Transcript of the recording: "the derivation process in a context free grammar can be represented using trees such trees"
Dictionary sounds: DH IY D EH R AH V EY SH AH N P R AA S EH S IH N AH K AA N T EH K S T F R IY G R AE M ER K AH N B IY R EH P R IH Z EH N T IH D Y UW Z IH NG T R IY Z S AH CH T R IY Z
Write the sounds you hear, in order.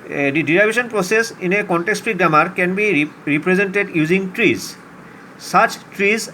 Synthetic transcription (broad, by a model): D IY D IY R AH B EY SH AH N P R AA S EH S IH N AH K AA N T EH K S T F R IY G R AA M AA K AH N B IY R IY P R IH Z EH N T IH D Y UW Z IH NG T R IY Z S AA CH T R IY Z